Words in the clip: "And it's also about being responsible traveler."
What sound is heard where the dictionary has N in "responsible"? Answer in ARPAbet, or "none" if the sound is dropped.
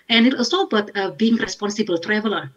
N